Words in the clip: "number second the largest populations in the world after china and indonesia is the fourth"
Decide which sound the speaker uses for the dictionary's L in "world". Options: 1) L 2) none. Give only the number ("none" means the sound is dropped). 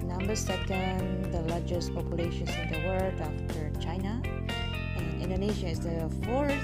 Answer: 2